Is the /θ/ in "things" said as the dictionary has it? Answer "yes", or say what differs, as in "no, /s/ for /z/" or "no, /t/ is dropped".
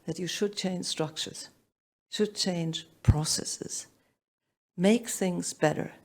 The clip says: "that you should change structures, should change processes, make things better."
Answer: yes